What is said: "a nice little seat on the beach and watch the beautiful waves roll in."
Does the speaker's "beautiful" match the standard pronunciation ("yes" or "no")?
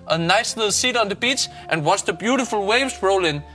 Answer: yes